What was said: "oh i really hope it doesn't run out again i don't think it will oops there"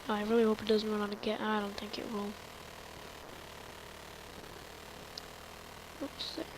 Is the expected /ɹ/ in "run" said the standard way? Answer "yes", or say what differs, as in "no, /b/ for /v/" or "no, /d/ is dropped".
no, /w/ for /ɹ/